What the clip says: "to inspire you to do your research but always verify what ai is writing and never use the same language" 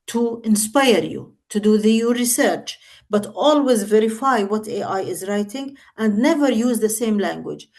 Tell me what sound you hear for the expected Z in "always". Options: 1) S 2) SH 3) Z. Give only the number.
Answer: 3